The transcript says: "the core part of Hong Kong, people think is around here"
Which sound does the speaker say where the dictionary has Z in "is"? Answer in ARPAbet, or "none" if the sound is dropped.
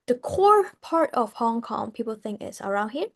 S